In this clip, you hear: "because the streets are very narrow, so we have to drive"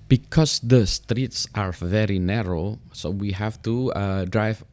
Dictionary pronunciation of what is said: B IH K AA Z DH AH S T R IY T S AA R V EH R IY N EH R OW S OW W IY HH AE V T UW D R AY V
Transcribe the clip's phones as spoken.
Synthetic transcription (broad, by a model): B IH K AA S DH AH S T R IY T S AA R V EH R IY N EH R OW S OW W IY HH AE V T UW D R AY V